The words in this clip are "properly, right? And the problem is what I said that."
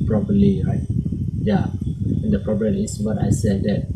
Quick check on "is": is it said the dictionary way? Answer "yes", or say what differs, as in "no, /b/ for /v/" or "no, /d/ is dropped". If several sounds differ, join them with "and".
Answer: no, /s/ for /z/